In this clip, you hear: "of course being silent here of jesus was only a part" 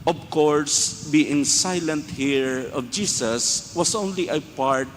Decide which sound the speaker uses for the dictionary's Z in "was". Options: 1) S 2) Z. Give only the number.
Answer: 1